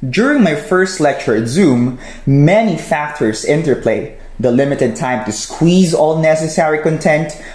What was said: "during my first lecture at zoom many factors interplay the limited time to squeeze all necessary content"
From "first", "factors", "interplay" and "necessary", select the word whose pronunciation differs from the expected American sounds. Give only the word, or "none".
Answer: factors